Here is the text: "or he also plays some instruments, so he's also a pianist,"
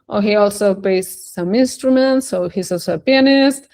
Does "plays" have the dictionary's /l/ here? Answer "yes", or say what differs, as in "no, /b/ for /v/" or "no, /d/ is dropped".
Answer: no, /l/ is dropped